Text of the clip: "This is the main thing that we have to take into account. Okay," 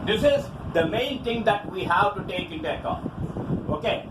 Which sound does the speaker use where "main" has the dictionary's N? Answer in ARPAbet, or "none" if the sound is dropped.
N